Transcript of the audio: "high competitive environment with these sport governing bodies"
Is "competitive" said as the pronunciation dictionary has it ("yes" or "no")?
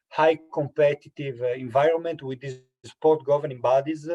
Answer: yes